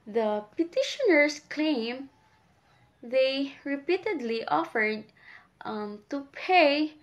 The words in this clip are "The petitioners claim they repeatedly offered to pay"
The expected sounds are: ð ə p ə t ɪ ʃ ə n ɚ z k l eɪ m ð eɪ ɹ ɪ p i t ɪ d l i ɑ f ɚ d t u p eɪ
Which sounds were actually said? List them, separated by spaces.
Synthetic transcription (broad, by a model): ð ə p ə t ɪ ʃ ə n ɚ s k l eɪ m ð eɪ ɹ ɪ p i t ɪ d l i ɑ f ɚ d t u p eɪ